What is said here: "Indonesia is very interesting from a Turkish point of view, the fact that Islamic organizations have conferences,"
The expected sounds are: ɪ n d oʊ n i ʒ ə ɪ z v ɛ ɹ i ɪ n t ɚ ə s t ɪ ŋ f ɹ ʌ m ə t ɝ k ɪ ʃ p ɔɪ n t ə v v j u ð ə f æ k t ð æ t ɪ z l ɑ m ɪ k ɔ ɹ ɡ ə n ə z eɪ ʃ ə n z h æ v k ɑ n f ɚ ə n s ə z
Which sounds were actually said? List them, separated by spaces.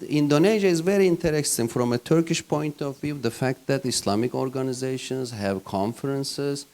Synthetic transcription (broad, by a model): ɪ n d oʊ n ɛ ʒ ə ɪ z v ɛ ɹ i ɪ n t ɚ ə s t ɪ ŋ f ɹ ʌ m ə t ɝ k ɪ ʃ p ɔɪ n t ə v v j u ð ə f æ k t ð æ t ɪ s l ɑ m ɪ k ɔ ɹ ɡ ə n ə z eɪ ʃ ə n z h æ v k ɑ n f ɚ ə n s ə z